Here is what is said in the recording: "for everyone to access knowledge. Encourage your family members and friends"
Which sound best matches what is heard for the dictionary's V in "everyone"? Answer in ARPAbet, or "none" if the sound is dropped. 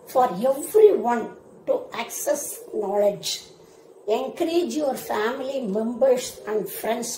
F